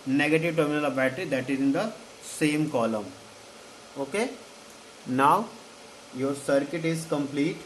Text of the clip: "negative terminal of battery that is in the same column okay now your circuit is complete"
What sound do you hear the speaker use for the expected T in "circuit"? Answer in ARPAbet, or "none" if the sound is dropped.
T